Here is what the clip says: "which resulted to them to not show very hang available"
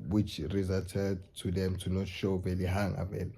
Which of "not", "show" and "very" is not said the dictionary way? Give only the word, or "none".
very